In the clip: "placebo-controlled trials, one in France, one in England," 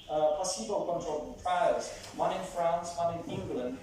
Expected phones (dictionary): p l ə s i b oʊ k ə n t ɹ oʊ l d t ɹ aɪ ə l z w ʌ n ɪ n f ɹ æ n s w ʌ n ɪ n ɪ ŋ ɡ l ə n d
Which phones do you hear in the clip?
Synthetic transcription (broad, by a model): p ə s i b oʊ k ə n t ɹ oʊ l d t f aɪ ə z w ʌ n ɪ n f ɹ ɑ n s w ʌ n ɪ n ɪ ŋ ɡ l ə n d